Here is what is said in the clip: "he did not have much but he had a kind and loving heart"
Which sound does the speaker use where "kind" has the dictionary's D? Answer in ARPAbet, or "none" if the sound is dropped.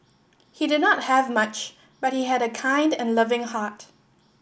D